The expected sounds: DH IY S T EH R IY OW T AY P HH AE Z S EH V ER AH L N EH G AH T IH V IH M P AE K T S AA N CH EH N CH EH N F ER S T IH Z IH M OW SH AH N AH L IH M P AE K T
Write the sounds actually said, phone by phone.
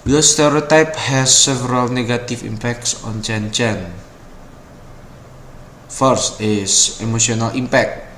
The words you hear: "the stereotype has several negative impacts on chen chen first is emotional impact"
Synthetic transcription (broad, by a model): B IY S T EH R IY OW T AY P HH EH S EH V ER AH L N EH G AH T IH F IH M P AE K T S AA N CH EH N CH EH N F ER S T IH S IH M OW S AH N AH L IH M P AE K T